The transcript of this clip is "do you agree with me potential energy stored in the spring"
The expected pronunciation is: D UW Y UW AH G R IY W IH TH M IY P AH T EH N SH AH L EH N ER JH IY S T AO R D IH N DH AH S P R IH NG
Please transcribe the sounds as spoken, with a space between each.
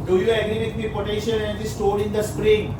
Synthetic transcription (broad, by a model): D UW Y UW AH G R IY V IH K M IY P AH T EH SH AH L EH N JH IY S T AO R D IH N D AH S P R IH NG